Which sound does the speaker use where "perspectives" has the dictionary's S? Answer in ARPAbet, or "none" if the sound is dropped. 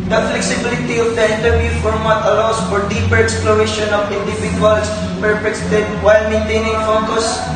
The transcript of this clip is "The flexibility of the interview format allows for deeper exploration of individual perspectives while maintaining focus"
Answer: none